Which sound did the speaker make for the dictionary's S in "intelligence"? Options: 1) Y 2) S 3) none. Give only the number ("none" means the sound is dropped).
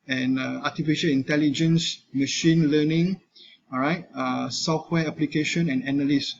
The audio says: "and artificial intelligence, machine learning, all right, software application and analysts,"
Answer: 2